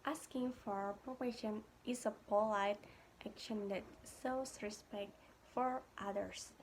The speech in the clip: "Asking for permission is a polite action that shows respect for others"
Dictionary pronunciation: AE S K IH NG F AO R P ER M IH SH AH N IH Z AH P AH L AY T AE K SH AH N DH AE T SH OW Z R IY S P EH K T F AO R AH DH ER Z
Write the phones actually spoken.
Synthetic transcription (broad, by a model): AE S K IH NG F AO R P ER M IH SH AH N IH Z AH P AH L AY T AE K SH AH N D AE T S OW S R IY S P EH K T F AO R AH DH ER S